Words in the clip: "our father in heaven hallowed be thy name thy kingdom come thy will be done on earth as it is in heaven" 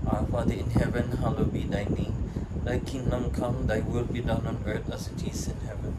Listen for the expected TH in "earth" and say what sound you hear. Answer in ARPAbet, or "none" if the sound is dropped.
T